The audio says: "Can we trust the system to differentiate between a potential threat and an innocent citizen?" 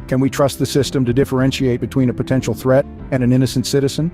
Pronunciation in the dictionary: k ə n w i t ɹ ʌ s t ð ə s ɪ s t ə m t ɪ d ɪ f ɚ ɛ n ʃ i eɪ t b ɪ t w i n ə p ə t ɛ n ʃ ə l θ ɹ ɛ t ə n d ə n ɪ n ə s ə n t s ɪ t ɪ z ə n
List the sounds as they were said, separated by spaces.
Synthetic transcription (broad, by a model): k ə n w i t ɹ ʌ s t ð ə s ɪ s t ə m t ɪ d ɪ f ɚ ɛ n ʃ i eɪ t b ɪ t w i n ə p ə t ɛ n ʃ l θ ɹ ɛ t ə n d ə n ɪ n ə s n t s ɪ t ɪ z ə n